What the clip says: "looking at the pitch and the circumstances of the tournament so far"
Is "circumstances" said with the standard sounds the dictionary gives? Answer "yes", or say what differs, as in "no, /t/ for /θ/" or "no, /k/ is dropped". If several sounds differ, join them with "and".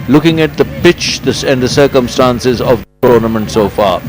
yes